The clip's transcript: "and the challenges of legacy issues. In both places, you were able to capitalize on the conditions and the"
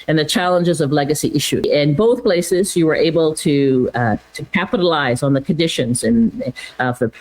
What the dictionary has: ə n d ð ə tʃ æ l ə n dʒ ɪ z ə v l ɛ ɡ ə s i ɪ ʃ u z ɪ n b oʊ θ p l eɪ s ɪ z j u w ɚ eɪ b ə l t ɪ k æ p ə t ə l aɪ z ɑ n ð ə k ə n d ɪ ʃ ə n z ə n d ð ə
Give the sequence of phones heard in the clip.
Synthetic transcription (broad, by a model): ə n ð ə tʃ æ l ə n dʒ ɪ z ə v l ɛ ɡ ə s i ɪ ʃ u ɪ n b oʊ θ p l eɪ s ɪ z j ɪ w ɚ eɪ b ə l t ɪ k æ p ə t ə l aɪ z n ð ə k ə n d ɪ ʃ ə n z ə n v ð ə